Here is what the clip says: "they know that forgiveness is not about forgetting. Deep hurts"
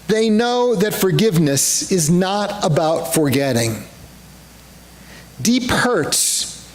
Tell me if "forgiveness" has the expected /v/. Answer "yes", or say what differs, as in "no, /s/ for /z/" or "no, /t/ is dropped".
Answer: yes